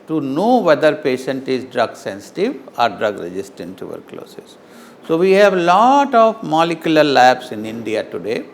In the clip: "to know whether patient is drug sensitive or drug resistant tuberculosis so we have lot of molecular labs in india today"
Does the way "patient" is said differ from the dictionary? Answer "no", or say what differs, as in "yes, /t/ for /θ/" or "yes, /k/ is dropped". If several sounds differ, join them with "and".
no